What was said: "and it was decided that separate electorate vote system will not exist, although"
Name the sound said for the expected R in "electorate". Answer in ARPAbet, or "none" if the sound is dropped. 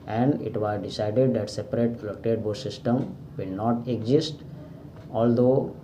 none